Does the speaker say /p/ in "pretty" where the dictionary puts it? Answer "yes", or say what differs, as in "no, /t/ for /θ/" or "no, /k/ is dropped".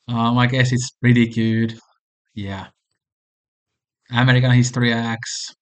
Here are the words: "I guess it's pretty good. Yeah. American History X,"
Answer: yes